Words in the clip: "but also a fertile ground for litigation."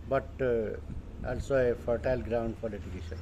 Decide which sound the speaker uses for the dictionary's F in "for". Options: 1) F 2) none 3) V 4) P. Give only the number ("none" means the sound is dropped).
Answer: 4